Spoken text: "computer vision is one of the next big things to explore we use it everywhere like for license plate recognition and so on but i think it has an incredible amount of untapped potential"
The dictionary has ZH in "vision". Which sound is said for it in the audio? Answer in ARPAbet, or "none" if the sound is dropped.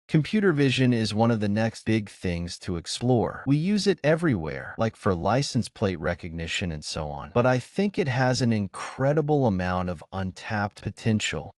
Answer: ZH